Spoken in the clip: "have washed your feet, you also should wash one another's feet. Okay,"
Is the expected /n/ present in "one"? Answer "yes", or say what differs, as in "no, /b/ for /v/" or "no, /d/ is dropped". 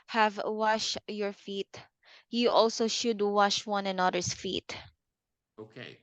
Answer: yes